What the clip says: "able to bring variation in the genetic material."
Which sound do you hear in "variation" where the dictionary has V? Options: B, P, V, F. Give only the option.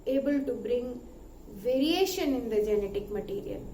V